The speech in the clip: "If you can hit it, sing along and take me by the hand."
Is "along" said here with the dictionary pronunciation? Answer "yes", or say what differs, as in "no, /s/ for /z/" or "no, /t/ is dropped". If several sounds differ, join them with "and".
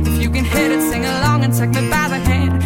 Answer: yes